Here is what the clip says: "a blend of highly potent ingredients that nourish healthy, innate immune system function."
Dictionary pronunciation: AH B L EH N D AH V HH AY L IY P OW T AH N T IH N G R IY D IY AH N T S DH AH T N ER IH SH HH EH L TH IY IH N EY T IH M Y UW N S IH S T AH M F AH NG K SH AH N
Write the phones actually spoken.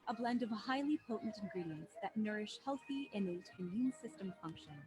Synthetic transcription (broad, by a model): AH B L EH N D AH V HH AY L IY P OW T N T IH N G R IY D IY AH N T S DH AH T N ER IH SH HH EH L TH IY IH N EY T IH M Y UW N S IH S T AH M F AH NG K SH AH N